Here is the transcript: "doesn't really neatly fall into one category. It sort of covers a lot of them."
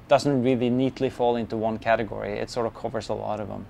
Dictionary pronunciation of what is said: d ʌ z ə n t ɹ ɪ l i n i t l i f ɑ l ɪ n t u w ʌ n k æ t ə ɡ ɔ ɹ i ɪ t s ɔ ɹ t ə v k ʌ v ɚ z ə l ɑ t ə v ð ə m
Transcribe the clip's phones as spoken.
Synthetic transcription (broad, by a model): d ʌ z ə n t ɹ ɪ l i n i t l i f ɑ l ɪ n t u w ʌ n k æ t ə ɡ ɔ ɹ i ɪ t s ɔ ɹ t ə v k ʌ v ɚ z ə l ɑ t ə v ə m